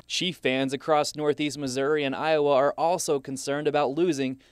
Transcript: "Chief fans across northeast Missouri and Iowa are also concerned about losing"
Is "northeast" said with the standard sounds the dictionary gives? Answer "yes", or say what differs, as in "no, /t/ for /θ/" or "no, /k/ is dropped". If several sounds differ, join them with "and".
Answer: yes